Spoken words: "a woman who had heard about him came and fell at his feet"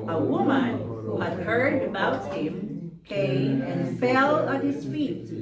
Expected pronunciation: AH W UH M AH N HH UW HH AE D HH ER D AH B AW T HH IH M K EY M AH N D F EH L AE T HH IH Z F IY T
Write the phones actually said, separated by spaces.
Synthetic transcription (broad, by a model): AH W UH M AH N HH UW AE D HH ER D AH B AW T HH IH M K EY M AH N F EH L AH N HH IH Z F IY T